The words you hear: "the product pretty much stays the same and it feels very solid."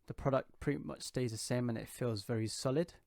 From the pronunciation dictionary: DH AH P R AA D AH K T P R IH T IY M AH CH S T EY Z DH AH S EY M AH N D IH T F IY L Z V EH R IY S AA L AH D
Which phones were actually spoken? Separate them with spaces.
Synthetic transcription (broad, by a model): DH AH P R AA D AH K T P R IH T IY M AH CH S T EY Z DH AH S EY M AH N IH T F IY L Z V EH R IY S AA L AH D